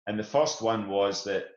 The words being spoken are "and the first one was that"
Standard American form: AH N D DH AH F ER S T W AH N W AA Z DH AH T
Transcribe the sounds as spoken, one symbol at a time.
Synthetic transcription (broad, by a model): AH N DH AH F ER S T W AH N W AA Z DH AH T